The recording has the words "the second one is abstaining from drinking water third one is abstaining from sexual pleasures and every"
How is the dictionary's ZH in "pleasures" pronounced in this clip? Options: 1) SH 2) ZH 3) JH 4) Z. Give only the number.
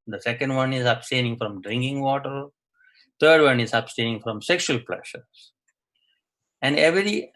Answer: 1